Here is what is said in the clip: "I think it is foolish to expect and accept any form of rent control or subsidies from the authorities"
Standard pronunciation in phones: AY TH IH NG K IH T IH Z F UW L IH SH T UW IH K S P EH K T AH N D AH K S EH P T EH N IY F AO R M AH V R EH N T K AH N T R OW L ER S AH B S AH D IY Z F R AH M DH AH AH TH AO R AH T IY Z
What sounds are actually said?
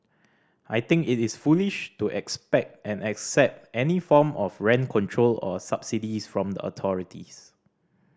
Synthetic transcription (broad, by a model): AY T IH NG K IH T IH S F UW L IH SH T UW IH K S P EH K T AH N AH K S EH P T EH N IY F AO M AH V R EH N K AH N T R OW L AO S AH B S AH D IY S F R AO M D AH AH T AO R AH T IY S